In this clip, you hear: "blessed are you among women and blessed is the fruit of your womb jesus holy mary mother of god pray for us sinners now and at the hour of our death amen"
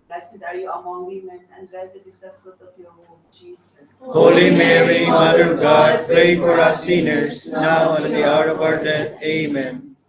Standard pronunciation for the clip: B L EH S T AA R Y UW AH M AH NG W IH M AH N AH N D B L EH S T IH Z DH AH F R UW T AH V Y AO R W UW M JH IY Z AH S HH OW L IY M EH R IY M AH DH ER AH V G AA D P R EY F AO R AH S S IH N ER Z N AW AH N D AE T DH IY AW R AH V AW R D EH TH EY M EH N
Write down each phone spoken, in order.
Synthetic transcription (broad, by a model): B L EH S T AA R Y UW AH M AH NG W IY M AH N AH N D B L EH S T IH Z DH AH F R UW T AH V Y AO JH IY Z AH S HH OW L IY M EH R IY M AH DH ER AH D G AA D P R EY F AO R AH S S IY N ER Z N AW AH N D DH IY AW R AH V AW R D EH T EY M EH N